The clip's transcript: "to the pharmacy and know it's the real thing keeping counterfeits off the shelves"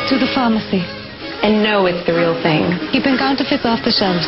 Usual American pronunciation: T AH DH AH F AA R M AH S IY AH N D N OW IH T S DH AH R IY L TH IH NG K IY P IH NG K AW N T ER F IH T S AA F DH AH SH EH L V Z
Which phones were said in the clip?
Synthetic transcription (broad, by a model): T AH DH AH F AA M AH S IY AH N N OW IH T S DH AH R IY L TH IH NG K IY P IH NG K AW N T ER F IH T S AA F DH AH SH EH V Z